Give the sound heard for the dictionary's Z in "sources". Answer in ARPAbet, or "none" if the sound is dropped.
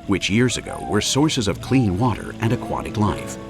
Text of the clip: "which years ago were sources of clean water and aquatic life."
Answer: Z